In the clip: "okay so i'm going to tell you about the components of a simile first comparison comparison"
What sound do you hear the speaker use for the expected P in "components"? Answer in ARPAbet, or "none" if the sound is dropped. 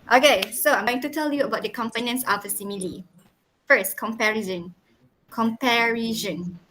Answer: F